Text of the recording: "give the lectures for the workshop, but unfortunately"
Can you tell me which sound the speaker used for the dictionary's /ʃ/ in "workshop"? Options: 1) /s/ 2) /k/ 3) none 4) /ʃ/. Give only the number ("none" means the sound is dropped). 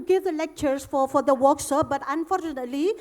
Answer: 1